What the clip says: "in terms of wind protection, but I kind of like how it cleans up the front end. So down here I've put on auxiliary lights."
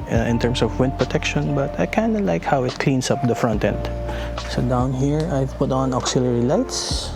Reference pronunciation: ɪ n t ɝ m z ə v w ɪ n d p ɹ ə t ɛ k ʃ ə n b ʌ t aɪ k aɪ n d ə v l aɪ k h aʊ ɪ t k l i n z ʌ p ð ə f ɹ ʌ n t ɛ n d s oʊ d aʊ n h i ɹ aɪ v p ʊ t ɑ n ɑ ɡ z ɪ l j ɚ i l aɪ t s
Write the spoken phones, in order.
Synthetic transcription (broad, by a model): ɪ n t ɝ m s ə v w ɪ n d p ɹ ə t ɛ k ʃ ə n b ʌ t aɪ k aɪ n d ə l aɪ k h aʊ ɪ t k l i n s ʌ p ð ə f ɹ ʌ n t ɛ n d s oʊ d aʊ n h i ɹ aɪ v p ʊ t ɑ n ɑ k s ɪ l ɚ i l aɪ t s